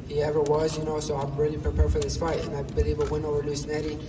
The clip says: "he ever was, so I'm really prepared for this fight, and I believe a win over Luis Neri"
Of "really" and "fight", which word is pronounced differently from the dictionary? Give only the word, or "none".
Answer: really